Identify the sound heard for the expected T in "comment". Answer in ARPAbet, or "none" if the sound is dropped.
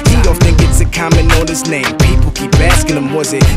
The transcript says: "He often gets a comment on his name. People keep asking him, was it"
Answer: none